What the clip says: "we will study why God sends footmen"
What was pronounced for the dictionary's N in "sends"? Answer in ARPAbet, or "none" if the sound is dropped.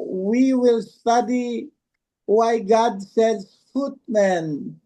none